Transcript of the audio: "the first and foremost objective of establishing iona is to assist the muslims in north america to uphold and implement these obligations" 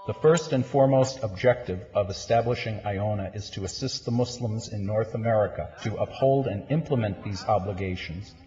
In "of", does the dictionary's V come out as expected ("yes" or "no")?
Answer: yes